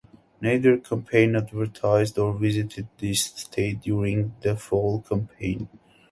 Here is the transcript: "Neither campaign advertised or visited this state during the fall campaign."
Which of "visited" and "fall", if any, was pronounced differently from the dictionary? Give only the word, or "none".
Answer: none